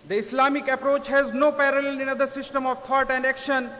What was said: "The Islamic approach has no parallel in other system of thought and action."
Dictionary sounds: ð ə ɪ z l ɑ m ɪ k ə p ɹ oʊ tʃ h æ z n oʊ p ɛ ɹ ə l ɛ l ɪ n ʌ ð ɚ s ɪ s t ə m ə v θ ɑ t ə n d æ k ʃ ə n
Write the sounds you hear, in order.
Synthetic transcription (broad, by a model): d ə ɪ s l ɑ m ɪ k ə p ɹ oʊ tʃ h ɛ z n oʊ p ɛ ɹ ə l ɛ l ɪ n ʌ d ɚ s ɪ s t ə m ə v t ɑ t ə n d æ k ʃ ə n